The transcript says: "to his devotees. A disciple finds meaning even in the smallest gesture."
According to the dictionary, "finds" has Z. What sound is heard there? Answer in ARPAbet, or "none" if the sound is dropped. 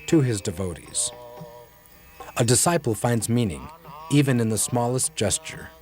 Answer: Z